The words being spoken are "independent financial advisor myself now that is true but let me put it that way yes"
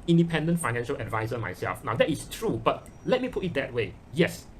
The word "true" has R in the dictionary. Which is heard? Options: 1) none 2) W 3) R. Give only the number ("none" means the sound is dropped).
3